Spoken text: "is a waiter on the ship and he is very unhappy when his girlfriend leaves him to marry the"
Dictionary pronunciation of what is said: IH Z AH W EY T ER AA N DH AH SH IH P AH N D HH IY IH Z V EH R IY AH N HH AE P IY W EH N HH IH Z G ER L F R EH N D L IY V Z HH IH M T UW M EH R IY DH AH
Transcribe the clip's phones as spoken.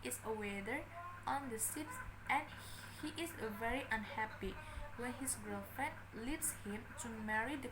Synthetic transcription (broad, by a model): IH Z AH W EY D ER AA N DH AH S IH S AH N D HH IY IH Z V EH R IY AH N HH AE P IY W EH N HH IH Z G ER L F R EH N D L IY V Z HH IH M T UW M EH R IY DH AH